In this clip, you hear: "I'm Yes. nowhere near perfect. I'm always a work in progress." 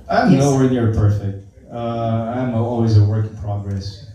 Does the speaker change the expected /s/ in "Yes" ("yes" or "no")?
yes